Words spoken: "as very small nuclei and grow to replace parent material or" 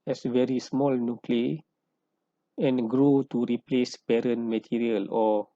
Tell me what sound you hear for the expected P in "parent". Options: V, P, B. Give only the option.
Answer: B